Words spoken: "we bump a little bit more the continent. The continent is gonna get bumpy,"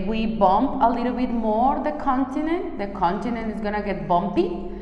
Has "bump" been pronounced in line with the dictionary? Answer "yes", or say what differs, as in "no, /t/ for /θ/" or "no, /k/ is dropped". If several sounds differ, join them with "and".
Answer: yes